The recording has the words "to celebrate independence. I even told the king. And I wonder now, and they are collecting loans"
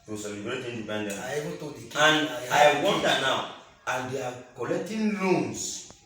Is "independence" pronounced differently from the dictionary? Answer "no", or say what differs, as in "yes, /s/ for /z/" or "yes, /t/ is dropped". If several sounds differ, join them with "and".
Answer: yes, /s/ is dropped